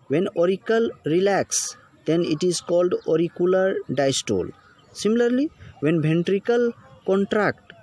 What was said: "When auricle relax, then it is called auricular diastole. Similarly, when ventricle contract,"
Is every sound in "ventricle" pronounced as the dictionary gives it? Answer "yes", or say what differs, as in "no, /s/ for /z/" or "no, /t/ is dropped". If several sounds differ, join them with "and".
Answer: no, /b/ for /v/